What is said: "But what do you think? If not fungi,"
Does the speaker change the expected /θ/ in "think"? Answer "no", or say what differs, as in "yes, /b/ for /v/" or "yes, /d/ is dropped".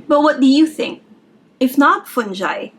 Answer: no